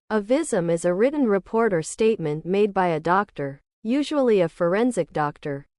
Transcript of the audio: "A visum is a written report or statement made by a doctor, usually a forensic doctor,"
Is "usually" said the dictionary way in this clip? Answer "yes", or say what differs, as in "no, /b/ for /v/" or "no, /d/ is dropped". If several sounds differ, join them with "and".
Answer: yes